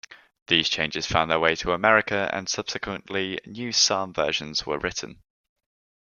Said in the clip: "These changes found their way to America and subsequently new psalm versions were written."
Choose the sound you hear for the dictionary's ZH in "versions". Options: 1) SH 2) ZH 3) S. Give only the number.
1